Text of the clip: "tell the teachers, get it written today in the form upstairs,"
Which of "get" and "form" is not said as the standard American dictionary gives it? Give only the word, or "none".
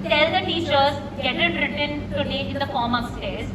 none